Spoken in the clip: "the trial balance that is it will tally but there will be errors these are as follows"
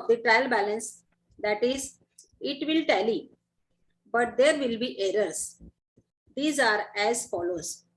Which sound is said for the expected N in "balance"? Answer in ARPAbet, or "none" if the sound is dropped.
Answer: N